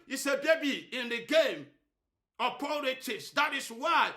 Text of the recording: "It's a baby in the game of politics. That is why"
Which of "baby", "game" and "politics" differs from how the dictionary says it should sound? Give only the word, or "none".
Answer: politics